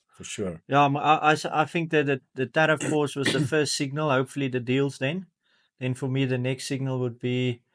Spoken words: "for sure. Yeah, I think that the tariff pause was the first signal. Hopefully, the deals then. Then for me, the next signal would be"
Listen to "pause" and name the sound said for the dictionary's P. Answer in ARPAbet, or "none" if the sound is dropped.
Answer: F